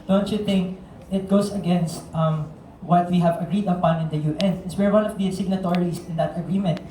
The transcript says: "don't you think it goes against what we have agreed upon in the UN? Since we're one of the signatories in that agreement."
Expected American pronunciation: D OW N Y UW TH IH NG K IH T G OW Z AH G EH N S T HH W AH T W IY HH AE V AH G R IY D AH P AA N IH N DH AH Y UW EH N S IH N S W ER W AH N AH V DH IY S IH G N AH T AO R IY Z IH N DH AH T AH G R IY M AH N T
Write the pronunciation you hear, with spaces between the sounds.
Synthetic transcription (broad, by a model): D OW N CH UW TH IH NG K IH T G OW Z AH G EH N S T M W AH T W IY HH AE V AH G R IY D AH P AA N IH N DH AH Y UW EH N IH S W ER W AH N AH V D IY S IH G N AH T AO R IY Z IH N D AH T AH G R IY M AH N T